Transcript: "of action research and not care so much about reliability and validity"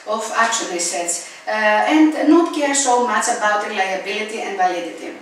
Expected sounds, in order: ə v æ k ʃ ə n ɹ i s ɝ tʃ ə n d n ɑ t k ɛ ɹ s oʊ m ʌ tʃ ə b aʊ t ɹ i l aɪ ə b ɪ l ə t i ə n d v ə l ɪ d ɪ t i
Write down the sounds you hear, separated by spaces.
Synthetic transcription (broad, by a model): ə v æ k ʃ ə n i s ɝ s ə n d n ɑ t k ɛ ɹ s oʊ m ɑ tʃ ə b aʊ t ɹ i l aɪ ə b ɪ l ə t i ə n d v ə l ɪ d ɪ t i